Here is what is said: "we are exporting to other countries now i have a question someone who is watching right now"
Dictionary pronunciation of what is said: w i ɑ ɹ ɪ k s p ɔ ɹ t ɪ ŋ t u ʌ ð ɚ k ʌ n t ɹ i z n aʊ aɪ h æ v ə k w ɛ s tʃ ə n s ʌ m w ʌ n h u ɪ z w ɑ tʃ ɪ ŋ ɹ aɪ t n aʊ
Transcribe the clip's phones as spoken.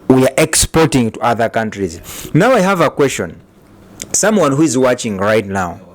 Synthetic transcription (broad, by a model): w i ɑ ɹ ɪ k s p ɔ ɹ t ɪ ŋ t u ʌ ð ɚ k ʌ n t ɹ i z n aʊ aɪ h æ v ə k w ɛ s tʃ ə n s ʌ m w ʌ n h u ɪ z w ɑ tʃ ɪ ŋ ɹ aɪ t n aʊ